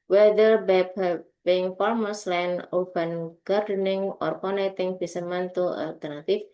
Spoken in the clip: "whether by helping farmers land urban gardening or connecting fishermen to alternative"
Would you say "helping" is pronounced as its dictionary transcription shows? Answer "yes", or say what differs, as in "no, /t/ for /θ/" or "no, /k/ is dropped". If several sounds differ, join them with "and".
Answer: no, /l/ is dropped